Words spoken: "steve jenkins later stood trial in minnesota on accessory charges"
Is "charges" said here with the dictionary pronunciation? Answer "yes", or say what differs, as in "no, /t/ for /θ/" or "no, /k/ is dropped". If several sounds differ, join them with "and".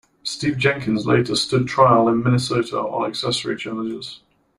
no, /l/ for /ɹ/